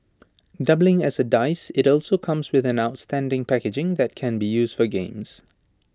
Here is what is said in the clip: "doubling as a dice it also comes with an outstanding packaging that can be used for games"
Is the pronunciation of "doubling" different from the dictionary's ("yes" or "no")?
no